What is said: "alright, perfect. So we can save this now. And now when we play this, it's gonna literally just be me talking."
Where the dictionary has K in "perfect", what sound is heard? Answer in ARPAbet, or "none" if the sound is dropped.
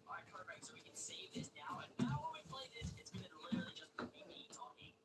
none